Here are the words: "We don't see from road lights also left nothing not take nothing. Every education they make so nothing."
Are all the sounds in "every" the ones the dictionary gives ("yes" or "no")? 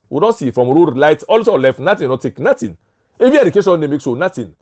no